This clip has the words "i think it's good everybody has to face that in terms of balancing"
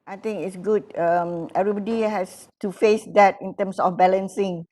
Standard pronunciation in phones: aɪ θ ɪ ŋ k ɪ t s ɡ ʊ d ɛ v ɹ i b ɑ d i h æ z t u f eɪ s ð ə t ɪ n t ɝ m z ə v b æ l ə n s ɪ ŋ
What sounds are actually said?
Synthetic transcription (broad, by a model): aɪ t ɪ ŋ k ɪ t s ɡ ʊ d ɛ v ɹ i b ɑ d i h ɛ s t u f eɪ s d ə t ɪ n t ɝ m s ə f b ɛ l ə n s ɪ ŋ